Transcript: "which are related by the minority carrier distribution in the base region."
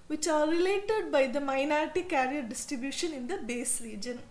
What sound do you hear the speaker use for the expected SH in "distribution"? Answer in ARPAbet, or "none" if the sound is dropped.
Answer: SH